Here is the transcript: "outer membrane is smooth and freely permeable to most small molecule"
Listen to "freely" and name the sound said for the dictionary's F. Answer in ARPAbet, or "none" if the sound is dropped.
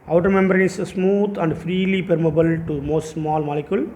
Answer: F